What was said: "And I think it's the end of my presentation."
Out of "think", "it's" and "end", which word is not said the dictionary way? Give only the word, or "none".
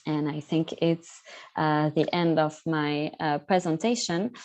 none